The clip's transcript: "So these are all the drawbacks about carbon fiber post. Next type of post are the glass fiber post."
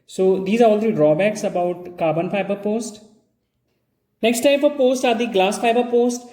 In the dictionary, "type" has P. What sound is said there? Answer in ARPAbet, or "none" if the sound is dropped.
F